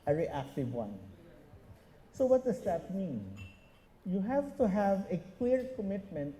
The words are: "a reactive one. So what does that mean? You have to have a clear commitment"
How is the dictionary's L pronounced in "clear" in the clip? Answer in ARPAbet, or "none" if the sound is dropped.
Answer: W